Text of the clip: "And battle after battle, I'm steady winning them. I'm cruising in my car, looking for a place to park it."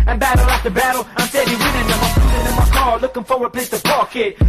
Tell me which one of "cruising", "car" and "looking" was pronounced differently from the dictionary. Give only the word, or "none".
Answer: cruising